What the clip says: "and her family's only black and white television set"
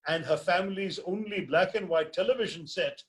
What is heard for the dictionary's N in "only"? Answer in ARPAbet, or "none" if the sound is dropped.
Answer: N